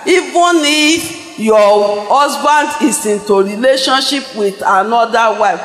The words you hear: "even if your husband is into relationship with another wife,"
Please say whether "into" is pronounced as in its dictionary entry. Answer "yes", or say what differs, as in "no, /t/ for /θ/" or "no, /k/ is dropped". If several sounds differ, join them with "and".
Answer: yes